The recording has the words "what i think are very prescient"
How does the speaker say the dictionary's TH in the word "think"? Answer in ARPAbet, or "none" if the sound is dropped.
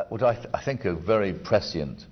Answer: TH